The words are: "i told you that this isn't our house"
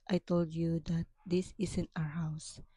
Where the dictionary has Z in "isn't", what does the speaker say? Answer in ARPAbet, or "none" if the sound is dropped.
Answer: S